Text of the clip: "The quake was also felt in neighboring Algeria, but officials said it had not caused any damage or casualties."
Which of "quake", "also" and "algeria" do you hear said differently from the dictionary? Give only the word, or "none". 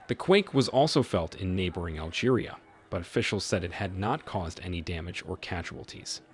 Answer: none